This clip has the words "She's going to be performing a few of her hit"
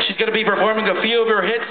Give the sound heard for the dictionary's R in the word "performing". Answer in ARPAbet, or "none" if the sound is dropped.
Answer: R